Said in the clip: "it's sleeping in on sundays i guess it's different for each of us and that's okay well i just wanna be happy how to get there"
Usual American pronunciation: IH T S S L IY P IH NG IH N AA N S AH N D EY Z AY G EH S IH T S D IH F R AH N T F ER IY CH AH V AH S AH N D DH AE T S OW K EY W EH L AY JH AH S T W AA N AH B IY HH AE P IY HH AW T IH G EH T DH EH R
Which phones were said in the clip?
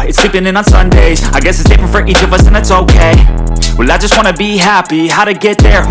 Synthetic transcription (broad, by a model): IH T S S L IY P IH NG IH N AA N S AH N D EY Z AY G EH S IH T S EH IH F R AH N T F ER IY CH AH V AH S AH N DH AE T S OW K EY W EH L AY JH AH S T W AA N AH B IY HH AE P IY HH AW T IH G EH T DH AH R